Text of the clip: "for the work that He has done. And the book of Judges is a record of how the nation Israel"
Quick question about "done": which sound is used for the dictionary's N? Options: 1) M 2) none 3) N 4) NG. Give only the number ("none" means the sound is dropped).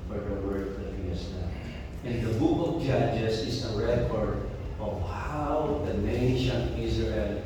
2